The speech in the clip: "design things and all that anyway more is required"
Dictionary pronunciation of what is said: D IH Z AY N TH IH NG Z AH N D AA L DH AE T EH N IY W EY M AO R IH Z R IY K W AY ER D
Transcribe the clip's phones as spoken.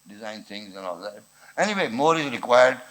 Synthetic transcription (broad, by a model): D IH Z AY N TH IH NG Z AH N AA L DH AE T EH N IY W EY M AO R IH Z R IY K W AY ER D